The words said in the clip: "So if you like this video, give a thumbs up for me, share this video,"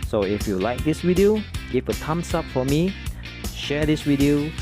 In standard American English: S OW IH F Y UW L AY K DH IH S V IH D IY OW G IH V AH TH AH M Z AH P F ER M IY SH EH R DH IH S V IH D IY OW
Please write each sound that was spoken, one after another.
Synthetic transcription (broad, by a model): S OW IH F Y UW L AY K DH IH S W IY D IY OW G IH F AH T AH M S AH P F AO M IY SH EH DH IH S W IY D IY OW